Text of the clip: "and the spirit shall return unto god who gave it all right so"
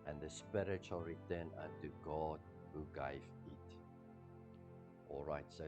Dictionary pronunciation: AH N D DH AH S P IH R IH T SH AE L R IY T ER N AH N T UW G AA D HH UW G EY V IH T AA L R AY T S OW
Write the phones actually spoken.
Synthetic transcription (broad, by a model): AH N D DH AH S P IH R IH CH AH L R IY T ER N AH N T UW G AA D HH UW G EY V IH T AA L R AY T S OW